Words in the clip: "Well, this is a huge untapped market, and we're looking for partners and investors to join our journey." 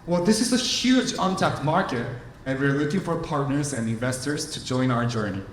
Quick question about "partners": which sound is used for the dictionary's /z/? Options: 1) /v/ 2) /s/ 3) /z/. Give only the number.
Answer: 3